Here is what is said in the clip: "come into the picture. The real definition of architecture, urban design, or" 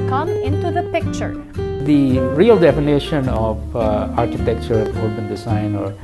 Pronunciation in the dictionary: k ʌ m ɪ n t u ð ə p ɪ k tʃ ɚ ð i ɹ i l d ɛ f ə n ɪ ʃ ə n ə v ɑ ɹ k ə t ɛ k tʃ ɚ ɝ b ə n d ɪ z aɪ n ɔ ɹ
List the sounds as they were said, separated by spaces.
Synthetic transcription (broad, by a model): k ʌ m ɪ n t u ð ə p ɪ k tʃ ɚ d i ɹ i l d ɛ f ə n ɪ ʃ ə n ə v ɑ ɹ k ə t ɛ k tʃ ɚ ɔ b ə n d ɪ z aɪ n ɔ ɹ